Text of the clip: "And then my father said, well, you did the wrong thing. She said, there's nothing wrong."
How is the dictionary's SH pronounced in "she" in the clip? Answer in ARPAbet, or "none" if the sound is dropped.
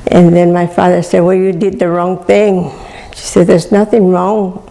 SH